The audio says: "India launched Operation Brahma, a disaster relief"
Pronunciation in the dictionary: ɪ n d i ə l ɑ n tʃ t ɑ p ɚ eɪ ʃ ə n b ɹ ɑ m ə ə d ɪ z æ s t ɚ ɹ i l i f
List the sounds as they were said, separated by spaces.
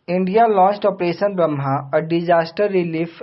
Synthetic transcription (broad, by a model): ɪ n d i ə l ɑ n tʃ t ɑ p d eɪ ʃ ə n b ɹ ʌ m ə ə d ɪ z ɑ s t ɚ ɹ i l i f